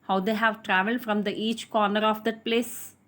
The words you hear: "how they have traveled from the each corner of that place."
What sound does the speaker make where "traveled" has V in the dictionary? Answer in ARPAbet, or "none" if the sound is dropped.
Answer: V